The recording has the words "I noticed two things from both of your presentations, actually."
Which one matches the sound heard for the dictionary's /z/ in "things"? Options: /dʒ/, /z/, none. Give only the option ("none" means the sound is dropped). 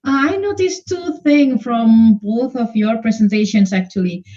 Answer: none